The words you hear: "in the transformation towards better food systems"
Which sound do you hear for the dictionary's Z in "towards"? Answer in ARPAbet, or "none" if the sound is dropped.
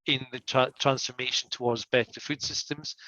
Z